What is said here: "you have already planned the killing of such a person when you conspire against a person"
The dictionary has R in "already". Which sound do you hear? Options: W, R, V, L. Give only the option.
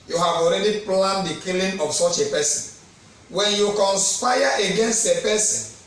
R